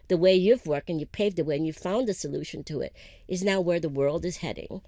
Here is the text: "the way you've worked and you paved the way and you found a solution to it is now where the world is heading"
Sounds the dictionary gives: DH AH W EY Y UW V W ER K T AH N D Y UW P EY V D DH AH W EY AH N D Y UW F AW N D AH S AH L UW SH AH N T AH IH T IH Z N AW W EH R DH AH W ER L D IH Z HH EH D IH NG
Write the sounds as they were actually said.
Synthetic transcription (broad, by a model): DH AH W EY Y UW V W ER K T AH N Y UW P EY V D DH AH W EY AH N Y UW F AW N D AH S AH L UW SH AH N T AH IH T IH Z N AW W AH R DH AH W ER L D IH Z HH EH D IH NG